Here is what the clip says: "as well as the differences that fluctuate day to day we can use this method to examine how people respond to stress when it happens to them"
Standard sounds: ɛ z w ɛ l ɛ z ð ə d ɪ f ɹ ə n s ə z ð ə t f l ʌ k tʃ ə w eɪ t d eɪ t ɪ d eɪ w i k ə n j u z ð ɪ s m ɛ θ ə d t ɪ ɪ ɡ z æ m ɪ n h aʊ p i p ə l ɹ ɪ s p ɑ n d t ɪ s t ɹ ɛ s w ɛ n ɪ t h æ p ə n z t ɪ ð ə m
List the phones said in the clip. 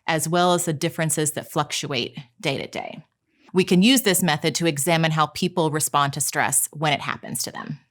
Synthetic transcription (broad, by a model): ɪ z w ɛ l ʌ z ð ə d ɪ f ɹ ə n s ə z ð ə t f l ʌ k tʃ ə eɪ t d eɪ t ɪ d eɪ w i k ə n j u z ð ɪ s m ɛ θ ə d t ɪ ɪ ɡ z æ m ɪ n h aʊ p i p l ɹ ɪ s p ɑ n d t ɪ s t ɹ ɛ s w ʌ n ɪ t h æ p ə n z t ɪ ð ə m